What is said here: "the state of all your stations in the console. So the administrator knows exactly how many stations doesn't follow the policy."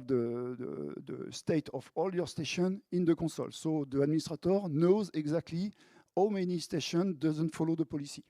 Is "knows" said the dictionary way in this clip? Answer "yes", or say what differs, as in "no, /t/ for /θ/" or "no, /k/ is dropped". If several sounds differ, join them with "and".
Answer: yes